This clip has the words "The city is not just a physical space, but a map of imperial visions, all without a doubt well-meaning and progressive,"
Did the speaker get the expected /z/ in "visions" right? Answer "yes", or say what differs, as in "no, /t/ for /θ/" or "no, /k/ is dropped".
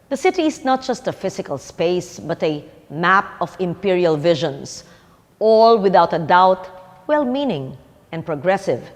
no, /s/ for /z/